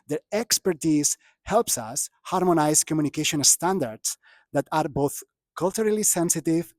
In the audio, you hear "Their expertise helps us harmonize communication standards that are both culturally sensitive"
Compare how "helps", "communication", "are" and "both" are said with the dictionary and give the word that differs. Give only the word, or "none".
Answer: none